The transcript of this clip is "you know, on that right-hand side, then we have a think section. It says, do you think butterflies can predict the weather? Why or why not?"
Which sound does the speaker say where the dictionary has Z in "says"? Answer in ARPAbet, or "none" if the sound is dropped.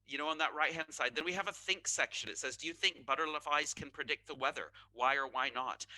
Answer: Z